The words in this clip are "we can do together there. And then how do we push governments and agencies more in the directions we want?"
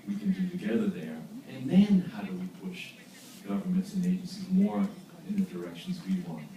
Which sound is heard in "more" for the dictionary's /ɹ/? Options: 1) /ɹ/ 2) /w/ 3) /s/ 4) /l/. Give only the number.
1